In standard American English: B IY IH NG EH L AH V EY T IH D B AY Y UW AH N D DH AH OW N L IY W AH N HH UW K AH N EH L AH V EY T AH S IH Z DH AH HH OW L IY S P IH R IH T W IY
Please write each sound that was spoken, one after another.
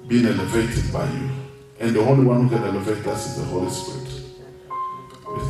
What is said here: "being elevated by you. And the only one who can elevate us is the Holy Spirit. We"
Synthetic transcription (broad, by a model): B IY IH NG EH L AH V EY T IH D B AY Y UW AH N D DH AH OW L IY W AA N HH UW K AH N EH L AH V EY T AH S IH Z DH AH HH OW L IY S P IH R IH T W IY